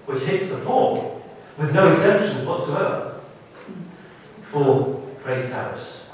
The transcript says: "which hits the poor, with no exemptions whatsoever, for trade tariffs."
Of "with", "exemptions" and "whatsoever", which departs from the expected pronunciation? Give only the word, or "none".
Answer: none